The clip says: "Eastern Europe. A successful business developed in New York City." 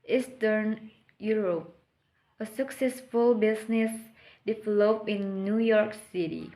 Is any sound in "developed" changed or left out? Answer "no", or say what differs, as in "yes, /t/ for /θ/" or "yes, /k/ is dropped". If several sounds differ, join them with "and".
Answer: yes, /t/ is dropped